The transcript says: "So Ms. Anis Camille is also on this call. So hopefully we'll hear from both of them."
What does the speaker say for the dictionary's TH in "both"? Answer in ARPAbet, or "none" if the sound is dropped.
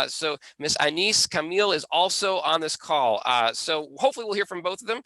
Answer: TH